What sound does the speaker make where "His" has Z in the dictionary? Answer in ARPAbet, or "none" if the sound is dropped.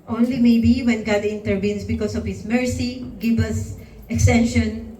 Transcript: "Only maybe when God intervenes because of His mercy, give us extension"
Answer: S